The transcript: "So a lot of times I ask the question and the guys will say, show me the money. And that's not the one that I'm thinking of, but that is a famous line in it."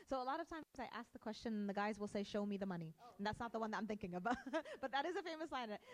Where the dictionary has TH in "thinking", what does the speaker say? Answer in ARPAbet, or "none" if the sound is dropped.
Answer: TH